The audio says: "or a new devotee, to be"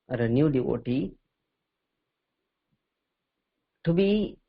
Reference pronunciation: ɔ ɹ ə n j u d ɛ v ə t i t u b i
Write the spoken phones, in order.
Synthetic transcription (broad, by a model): ɹ ə n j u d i w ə t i t u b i